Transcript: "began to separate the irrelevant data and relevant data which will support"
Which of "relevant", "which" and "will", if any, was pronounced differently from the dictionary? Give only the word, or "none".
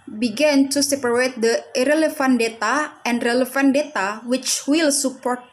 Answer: relevant